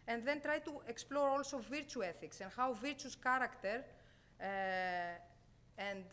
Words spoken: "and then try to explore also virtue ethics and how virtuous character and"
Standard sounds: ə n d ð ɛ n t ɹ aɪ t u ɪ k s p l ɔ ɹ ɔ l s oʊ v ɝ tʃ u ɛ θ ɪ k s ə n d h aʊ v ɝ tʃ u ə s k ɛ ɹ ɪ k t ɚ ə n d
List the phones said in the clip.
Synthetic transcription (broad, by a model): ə n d ð ɛ n t ɹ aɪ t u ɪ k s p l ɔ ɹ ɔ l s oʊ v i tʃ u ɛ θ ɪ k s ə n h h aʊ v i tʃ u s k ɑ ɹ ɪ k t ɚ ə n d